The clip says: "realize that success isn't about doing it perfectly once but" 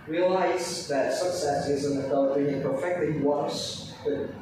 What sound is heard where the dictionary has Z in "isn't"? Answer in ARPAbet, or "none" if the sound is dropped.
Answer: Z